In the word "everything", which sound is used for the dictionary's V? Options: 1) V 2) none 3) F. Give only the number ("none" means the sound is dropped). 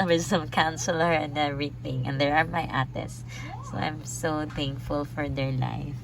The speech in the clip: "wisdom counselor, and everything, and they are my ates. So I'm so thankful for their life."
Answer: 2